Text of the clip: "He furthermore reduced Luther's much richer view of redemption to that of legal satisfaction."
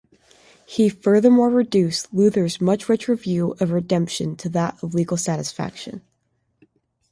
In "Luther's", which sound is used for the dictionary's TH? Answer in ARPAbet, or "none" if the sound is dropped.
TH